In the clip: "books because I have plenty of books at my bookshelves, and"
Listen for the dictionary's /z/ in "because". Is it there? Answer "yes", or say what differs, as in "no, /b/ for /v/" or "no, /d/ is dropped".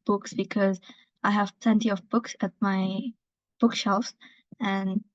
yes